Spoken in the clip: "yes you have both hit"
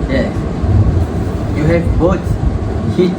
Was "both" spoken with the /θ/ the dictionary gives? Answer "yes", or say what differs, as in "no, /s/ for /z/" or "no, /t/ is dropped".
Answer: no, /t/ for /θ/